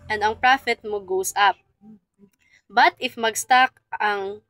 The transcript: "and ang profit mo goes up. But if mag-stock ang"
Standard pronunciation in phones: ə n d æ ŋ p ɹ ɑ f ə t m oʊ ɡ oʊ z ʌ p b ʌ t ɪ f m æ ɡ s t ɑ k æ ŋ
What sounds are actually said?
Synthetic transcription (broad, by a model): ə n d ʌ ŋ p ɹ ɑ f ə t m oʊ ɡ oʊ s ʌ p b ʌ t ɪ f m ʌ ɡ s t ɑ k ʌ ŋ